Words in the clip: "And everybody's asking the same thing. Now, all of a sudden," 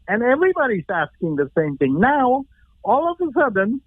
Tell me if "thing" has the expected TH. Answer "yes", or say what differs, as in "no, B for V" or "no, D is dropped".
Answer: yes